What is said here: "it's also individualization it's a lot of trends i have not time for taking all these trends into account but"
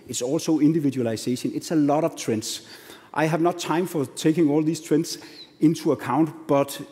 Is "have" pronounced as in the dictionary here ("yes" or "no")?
yes